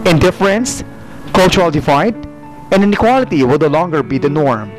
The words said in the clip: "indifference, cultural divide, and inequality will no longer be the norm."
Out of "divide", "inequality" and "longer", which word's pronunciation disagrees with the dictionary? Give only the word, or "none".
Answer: divide